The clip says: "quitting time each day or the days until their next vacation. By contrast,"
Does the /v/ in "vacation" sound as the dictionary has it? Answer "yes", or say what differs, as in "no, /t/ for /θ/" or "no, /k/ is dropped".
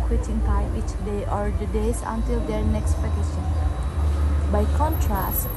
no, /p/ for /v/